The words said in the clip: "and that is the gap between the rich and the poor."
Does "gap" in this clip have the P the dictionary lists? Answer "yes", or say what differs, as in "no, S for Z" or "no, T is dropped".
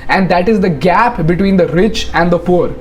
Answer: yes